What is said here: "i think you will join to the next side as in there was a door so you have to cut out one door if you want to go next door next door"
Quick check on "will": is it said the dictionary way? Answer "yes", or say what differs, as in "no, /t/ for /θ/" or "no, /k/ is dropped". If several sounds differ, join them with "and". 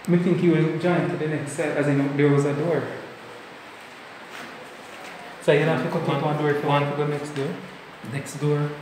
no, /n/ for /l/